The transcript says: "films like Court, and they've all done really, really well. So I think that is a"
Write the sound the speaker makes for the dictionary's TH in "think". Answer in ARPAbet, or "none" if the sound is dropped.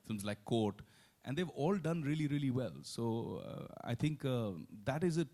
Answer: T